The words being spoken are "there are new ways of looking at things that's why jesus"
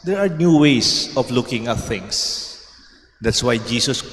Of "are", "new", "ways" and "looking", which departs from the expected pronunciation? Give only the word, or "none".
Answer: ways